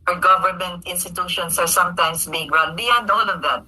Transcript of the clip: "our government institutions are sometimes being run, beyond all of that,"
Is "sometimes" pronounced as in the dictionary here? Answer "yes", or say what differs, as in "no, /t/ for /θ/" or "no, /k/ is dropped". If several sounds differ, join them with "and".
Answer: no, /s/ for /z/